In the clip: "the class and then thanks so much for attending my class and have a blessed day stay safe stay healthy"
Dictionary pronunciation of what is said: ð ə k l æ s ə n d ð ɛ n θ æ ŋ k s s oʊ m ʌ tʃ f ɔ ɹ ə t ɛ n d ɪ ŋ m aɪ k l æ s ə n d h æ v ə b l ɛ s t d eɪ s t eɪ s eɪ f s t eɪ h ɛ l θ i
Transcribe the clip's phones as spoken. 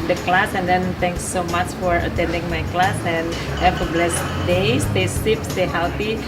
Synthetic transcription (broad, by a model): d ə k l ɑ s ə n d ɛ n t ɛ ŋ k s s oʊ m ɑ tʃ f ɔ ɹ ə t ɛ n d ɪ ŋ m aɪ k l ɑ s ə n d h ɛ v ə b l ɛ s d eɪ s t eɪ s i p s t eɪ h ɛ l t i